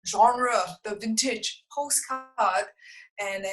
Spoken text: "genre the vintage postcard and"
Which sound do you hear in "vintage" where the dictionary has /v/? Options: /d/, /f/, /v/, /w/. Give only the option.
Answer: /v/